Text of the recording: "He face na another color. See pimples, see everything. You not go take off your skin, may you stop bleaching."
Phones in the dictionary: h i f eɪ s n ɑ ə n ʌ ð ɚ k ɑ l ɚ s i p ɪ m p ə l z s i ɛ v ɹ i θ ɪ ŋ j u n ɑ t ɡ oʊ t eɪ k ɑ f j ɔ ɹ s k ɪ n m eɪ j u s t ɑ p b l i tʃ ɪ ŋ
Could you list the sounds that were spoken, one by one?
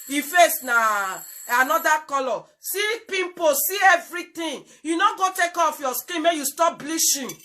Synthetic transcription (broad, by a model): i f eɪ s n ɑ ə n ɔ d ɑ k ɑ l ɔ s i p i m p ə s i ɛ v ɹ i t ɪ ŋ j u n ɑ ɡ oʊ t eɪ k ɑ f j ɔ s k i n m eɪ j u s t ɑ p b l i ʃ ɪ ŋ